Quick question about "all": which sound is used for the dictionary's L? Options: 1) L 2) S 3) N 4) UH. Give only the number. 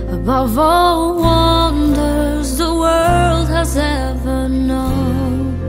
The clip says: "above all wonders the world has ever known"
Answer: 1